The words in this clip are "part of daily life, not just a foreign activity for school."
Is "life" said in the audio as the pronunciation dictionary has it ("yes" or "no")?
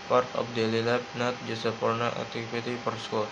no